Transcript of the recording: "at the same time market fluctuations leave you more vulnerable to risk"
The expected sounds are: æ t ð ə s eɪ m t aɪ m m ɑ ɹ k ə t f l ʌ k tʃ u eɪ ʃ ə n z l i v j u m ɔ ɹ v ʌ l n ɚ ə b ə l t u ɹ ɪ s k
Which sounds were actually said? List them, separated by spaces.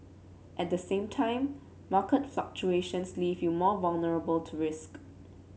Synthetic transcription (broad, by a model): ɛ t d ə s eɪ m t aɪ m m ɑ k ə t f l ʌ k tʃ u eɪ ʃ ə n s l i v j u m ɔ v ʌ l n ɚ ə b ə l t u ɹ ɪ s k